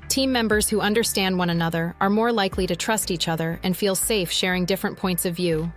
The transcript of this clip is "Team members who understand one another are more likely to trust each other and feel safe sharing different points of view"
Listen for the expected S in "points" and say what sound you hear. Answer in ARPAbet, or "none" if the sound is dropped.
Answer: S